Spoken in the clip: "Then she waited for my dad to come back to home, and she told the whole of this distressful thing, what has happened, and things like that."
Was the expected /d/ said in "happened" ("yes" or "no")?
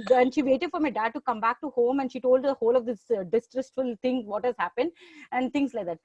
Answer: yes